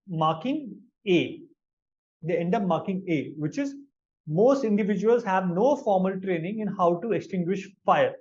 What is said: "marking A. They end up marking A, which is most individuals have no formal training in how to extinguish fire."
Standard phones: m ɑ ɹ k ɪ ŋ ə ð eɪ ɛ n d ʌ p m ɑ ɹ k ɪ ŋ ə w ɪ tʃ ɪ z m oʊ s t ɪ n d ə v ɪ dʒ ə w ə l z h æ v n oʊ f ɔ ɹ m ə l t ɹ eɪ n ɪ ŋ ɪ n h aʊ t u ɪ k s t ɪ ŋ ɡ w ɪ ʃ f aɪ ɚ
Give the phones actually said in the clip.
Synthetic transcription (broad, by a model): m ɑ ɹ k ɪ ŋ ə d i ɛ n d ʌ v m ɑ ɹ k ɪ ŋ ə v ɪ tʃ ɪ z m oʊ s t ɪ n d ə v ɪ dʒ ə ə l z h æ v n oʊ f ɔ ɹ m ə l t ɹ eɪ n ɪ ŋ ɪ n h aʊ t u ɪ k s t ɪ ŋ ɡ w ɪ ʃ f aɪ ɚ